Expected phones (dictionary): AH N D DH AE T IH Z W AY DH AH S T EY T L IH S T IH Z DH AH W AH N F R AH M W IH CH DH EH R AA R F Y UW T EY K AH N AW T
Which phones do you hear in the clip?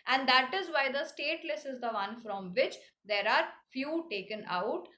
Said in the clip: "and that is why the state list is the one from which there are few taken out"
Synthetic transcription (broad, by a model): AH N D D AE T IH Z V AY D AH S T EY T L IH S IH Z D AH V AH N F R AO M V IH CH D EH R AA R F Y UW T EY K AH N AW T